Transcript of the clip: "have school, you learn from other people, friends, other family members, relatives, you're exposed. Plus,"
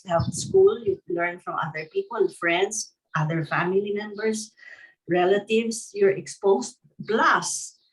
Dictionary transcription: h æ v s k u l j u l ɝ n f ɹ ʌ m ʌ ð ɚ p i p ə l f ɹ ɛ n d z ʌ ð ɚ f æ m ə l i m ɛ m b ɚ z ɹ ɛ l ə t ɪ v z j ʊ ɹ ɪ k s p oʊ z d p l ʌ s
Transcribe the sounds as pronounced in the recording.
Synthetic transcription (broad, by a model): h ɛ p s k u l j u l ɝ n f ɹ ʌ m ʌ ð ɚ p i p ə l f ɹ ɛ n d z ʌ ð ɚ f æ m ə l i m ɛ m b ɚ s ɹ ɛ l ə t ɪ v s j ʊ ɹ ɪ k s p oʊ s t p l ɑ s